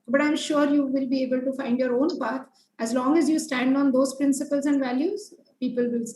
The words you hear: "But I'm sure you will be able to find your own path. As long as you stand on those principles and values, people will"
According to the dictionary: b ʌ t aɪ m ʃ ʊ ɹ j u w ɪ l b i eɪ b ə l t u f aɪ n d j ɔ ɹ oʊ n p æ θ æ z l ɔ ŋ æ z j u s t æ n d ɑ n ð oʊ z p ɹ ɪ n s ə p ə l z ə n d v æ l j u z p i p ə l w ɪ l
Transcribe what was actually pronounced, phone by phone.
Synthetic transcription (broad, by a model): b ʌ t aɪ m ʃ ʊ ɹ j u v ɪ l b i eɪ b ə l t u f aɪ n d j ɔ ɹ oʊ n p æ t æ z l ɔ ŋ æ z j u s t æ n d ɑ n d oʊ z p ɹ ɪ n s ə p ə l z ə n d v æ l j u z p i p ə l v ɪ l